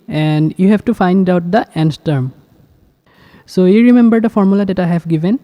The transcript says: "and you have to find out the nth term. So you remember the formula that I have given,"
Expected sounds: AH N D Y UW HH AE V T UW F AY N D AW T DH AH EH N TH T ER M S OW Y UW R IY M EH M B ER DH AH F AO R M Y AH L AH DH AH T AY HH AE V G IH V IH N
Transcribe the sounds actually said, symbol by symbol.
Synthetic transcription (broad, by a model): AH N D Y UW HH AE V T UW F AY N D AW T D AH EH N S T ER M S OW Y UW R IY M EH M B ER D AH F AO R M Y AH L AH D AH T AY HH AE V G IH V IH N